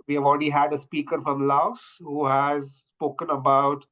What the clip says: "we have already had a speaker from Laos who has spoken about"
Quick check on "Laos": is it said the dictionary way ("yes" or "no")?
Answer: yes